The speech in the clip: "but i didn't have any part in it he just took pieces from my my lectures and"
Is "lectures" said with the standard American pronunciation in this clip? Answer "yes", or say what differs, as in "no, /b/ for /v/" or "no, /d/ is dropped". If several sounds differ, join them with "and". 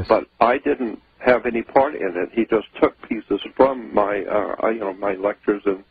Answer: yes